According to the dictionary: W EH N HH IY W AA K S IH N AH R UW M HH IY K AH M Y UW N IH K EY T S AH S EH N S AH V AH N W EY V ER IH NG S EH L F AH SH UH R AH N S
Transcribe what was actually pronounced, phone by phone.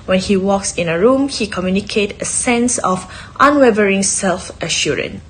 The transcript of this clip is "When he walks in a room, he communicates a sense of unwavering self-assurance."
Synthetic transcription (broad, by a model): W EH N HH IY W AA K S IH N AH R UW M HH IY K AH M Y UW N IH K EY T AH S EH N S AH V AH N W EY V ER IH NG S EH L F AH SH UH R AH N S